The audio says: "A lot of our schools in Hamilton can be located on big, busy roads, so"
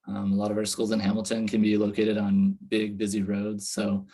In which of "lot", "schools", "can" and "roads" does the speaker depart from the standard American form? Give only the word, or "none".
none